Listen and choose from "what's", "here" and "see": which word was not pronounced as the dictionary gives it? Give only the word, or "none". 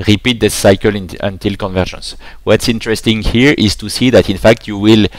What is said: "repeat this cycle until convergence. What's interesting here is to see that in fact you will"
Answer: none